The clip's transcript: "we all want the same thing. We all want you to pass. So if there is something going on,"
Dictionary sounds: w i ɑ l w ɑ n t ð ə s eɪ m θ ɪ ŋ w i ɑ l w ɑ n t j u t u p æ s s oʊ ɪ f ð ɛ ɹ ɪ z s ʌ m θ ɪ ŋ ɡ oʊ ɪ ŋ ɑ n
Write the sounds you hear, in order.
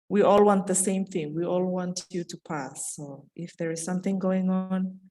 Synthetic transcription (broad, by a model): w i ɑ l w ɑ n t ð ə s eɪ m θ ɪ ŋ w i ɑ l w ɑ n t j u t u p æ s s oʊ ɪ f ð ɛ ɹ ɪ z s ʌ m θ ɪ ŋ ɡ oʊ ɪ ŋ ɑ n